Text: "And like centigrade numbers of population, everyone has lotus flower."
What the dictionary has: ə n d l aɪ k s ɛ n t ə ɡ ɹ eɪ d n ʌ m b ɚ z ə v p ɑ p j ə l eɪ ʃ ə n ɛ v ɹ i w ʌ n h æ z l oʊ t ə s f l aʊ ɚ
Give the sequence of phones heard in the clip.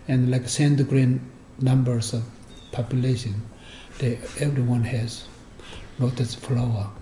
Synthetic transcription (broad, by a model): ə n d l aɪ k s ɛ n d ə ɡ ɹ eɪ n n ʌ m b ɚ s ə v p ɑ p j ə l eɪ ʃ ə n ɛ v ɹ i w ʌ n h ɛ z n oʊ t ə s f l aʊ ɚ